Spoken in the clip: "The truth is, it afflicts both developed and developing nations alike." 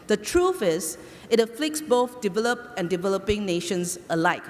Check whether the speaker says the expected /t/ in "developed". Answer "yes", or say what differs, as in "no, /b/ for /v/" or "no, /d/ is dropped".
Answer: no, /t/ is dropped